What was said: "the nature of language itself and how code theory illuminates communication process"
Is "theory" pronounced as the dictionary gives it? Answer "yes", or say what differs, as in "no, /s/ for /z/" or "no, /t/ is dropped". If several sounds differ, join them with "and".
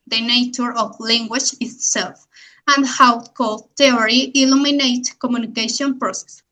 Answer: no, /t/ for /θ/